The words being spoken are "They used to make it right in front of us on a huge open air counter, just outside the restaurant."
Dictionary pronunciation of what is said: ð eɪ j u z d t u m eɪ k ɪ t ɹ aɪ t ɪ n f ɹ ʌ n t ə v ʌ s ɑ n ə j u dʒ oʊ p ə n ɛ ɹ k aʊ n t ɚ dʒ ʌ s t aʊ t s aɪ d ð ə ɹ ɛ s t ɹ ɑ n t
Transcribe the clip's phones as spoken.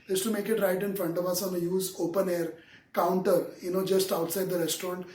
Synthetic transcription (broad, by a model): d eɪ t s t u m eɪ k ɪ t ɹ aɪ t ɪ n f ɹ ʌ n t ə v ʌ s ɑ n ə j u z oʊ p ə n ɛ ɹ k aʊ n t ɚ dʒ ʌ s t aʊ t s aɪ d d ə ɹ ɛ s t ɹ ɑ n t